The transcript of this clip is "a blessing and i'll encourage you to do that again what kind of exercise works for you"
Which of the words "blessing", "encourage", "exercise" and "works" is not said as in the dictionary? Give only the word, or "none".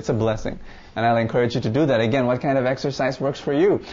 none